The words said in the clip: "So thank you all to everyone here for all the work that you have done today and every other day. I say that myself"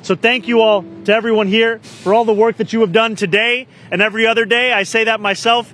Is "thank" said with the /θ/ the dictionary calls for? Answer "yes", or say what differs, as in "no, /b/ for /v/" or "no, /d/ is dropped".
yes